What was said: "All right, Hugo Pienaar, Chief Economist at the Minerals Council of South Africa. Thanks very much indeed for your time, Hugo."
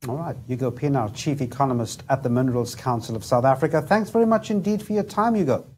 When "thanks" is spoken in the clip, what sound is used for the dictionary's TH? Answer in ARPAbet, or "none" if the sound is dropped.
TH